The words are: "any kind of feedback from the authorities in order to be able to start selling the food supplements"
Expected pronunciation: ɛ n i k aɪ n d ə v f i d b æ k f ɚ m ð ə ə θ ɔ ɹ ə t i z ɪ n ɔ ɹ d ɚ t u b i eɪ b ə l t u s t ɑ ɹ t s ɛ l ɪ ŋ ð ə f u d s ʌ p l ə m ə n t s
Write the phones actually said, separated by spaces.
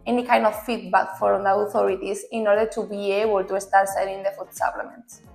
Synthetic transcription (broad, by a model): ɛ n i k aɪ n d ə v f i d b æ k f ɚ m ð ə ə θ ɔ ɹ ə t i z ɪ n ɔ ɹ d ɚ t u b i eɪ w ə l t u s t ɑ ɹ t s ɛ n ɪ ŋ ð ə f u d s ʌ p l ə m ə n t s